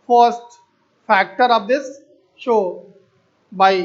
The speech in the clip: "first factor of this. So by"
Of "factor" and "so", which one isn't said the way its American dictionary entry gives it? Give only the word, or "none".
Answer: so